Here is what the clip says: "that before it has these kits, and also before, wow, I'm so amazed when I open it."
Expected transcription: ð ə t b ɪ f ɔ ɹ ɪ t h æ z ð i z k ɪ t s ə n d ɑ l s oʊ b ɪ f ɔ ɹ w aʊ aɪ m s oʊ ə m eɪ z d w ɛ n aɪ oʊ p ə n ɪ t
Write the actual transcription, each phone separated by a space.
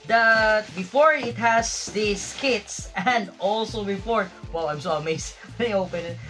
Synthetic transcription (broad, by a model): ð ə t b ɪ f ɔ ɹ ɪ t h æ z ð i s k ɪ t s ə n d ɑ l s oʊ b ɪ f ɔ ɹ w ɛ aɪ m s oʊ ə m eɪ s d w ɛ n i oʊ p ə n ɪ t